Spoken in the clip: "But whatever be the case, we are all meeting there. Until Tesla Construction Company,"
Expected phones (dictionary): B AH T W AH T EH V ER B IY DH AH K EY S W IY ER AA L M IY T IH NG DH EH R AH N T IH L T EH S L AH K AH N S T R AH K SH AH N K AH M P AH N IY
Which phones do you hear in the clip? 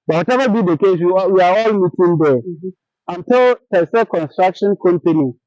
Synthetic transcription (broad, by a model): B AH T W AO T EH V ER B IY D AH K EY S W IY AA AA L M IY T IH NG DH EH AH N T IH L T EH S AH K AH N S T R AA K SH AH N K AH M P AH N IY